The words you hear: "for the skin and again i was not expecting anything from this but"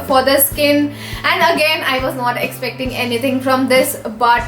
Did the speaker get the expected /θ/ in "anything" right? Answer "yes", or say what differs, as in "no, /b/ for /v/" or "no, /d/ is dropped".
no, /t/ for /θ/